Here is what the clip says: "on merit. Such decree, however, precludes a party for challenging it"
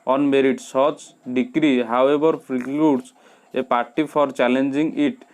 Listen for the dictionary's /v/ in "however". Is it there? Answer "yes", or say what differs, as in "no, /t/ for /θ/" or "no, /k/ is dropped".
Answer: no, /b/ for /v/